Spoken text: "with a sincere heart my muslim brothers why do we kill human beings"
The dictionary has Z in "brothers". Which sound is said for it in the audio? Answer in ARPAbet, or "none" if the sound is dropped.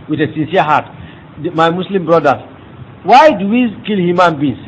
none